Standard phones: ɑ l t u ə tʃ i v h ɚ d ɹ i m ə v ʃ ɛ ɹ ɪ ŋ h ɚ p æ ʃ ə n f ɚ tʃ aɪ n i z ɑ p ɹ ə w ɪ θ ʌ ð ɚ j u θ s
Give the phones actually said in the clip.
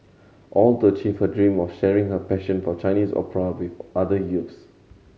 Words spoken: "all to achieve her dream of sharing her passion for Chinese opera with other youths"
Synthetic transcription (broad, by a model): ɑ l t u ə tʃ i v h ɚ d ɹ i m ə f ʃ ɛ ɹ ɪ ŋ h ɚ p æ ʃ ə n f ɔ tʃ aɪ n i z ɑ p ɹ ə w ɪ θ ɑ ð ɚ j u t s